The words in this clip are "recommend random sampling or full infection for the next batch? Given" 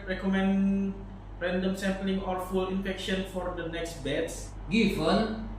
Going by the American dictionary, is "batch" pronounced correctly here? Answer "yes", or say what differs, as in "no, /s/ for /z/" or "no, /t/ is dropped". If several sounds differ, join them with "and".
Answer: no, /s/ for /tʃ/